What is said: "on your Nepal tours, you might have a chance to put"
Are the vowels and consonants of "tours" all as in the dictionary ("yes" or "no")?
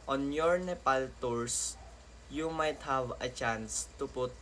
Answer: no